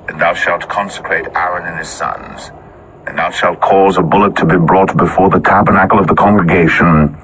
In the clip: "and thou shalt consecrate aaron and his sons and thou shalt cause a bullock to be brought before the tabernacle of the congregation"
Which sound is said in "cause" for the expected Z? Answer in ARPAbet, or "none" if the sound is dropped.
Z